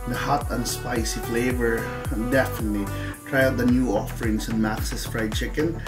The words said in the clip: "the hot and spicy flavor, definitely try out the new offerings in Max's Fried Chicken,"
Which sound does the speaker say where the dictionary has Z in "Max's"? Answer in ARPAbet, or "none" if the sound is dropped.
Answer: S